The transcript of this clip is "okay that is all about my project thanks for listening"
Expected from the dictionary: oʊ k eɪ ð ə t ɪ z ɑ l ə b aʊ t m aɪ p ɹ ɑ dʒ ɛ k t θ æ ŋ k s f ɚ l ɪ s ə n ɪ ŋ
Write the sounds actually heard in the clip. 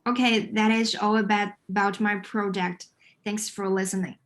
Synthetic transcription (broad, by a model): oʊ k eɪ ð ə t ɪ z ɑ l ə b aʊ t m aɪ p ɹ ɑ dʒ ɛ k t θ æ ŋ k s f ɚ l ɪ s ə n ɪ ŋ